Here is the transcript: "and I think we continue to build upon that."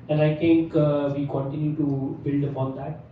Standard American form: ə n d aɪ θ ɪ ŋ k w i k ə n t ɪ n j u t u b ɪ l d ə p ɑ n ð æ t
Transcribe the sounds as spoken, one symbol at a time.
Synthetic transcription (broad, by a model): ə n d aɪ t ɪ ŋ k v i k ə n t ɪ n j u t u b ɪ l d ə p ɑ n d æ t